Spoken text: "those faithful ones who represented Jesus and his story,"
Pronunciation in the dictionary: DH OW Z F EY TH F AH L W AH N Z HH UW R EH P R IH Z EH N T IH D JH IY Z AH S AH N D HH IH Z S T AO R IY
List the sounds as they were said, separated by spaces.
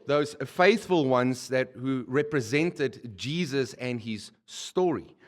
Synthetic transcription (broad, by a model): DH OW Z F EY TH F AH L W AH N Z HH UW R EH P R IH Z EH N T IH D JH IY Z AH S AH N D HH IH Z S T AO R IY